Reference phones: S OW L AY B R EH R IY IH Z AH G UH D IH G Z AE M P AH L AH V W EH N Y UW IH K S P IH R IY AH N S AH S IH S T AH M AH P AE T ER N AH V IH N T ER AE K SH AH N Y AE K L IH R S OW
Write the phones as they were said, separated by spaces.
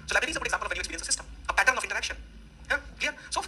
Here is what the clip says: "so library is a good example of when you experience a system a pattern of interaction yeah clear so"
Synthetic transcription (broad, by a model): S OW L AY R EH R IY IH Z AH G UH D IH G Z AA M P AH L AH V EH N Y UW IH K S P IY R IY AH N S AH S IH S T AH M AH P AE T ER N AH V IH N T ER AE K SH AH N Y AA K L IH S OW